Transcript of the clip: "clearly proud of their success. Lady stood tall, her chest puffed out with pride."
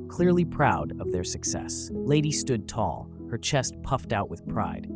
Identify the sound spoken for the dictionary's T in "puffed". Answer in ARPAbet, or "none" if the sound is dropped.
T